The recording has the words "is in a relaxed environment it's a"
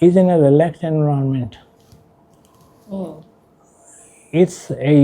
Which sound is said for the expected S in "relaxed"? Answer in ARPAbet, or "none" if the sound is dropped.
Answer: none